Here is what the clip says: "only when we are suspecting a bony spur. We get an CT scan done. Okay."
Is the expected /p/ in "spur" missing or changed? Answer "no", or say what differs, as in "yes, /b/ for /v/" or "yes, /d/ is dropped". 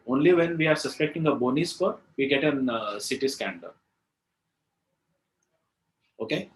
yes, /f/ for /p/